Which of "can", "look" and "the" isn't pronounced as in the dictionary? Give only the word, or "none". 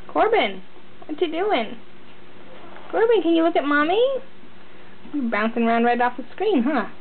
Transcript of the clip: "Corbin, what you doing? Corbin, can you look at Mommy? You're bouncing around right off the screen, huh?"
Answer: none